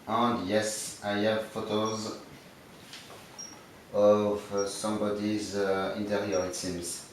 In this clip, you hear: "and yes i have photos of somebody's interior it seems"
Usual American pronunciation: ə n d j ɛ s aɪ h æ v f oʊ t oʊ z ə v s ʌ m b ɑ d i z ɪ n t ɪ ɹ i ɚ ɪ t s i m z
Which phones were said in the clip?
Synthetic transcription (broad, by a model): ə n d j ɛ s aɪ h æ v f oʊ t oʊ z ə v s ʌ m b ɑ d i z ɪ n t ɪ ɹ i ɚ ɪ t s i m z